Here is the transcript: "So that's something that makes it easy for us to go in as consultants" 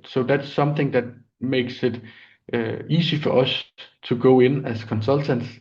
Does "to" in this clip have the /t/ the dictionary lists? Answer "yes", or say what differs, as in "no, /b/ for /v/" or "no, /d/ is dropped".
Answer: no, /s/ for /t/